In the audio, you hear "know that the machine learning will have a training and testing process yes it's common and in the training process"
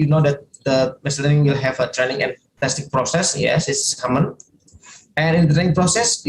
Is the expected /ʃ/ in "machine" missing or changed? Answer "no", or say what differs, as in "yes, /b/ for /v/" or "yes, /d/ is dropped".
yes, /s/ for /ʃ/